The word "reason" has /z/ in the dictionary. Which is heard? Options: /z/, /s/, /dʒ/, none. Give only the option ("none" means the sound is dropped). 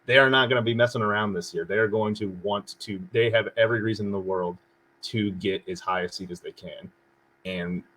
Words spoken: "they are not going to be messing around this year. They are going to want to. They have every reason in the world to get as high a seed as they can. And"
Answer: /z/